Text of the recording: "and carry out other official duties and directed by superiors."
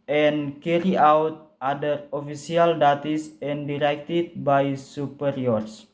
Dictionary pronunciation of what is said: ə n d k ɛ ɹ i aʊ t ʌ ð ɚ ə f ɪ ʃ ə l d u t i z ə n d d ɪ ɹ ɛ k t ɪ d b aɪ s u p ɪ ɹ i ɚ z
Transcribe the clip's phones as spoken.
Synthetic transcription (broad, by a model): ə n k ɛ ɹ i aʊ t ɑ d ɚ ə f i s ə l d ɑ t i s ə n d d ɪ ɹ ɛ k t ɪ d b aɪ s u p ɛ ɹ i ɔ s